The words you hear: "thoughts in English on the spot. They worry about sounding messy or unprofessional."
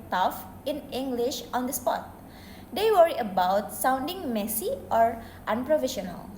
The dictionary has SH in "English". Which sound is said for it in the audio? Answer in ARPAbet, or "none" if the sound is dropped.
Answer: SH